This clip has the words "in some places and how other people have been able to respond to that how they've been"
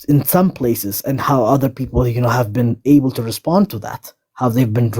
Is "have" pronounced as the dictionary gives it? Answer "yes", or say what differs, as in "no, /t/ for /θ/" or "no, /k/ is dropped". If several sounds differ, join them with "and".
yes